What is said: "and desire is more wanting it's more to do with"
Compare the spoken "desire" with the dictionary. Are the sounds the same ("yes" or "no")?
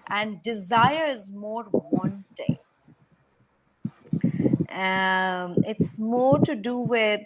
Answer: yes